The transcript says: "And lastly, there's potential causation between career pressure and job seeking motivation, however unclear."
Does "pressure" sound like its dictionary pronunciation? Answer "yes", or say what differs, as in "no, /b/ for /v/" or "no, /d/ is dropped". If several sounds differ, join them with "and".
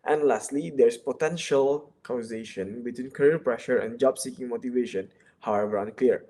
yes